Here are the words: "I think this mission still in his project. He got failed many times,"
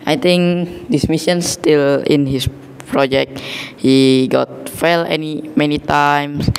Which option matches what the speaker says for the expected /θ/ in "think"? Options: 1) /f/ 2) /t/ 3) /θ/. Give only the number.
2